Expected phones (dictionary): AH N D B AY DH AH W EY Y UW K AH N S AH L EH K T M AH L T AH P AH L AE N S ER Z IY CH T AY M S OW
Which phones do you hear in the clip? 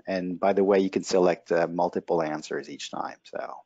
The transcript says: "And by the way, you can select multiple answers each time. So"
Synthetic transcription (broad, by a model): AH N B AY DH AH W EY Y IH K AH N S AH L EH K T M AH L T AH P L AE N S ER Z IY CH T AY M S OW